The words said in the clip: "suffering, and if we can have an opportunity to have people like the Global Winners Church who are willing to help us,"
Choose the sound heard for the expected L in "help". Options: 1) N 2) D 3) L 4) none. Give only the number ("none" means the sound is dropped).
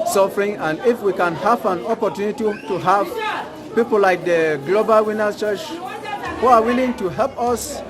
3